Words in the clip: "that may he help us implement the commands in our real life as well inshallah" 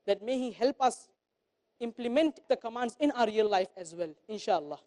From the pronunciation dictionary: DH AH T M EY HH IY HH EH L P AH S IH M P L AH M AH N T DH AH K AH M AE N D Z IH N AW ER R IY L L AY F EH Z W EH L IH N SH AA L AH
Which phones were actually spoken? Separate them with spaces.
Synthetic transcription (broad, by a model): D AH T M EY HH IY HH EH L P AH S IH M P L AH M AH N T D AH K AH M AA N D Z IH N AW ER R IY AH L AY F EH Z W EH L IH N SH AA L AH